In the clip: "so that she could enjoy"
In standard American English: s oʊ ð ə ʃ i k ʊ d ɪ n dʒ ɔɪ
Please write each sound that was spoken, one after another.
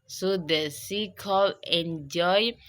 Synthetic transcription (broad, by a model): s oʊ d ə s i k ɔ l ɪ n dʒ ɔɪ